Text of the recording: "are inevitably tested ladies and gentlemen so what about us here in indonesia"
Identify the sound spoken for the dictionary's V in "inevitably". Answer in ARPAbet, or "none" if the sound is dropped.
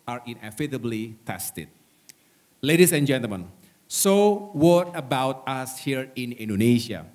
F